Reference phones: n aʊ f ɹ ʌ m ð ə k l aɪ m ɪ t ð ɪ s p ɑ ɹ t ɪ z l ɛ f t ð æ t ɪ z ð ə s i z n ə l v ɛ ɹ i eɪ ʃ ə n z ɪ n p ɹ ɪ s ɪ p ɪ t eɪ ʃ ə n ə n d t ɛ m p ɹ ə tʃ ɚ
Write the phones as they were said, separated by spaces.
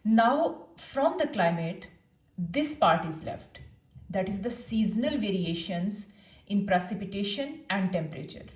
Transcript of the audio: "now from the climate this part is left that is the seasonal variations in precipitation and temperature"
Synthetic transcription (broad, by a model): n aʊ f ɹ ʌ m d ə k l aɪ m ɪ t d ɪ s p ɑ ɹ t ɪ z l ɛ f t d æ t ɪ z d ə s i z n ə l v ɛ ɹ i eɪ ʃ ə n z ɪ n p ɹ ɪ s ɪ p ɪ t eɪ ʃ ə n ə n d t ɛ m p ɹ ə tʃ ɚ